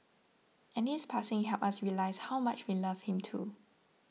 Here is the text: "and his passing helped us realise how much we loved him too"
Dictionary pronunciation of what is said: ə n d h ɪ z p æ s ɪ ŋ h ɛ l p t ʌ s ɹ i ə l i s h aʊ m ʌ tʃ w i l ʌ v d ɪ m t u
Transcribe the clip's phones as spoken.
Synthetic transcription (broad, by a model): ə n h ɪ s p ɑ s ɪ ŋ h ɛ p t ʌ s ɹ i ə l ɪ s h aʊ m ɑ tʃ w i l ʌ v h ɪ m t u